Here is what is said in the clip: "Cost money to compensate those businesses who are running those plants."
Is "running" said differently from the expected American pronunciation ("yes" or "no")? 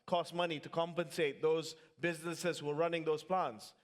no